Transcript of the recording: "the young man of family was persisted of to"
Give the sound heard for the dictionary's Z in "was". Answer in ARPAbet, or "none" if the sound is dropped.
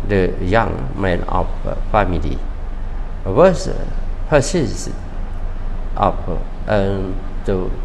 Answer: S